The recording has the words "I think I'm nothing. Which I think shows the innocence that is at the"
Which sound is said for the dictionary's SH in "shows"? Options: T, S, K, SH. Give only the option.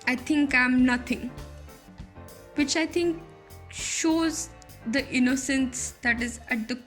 SH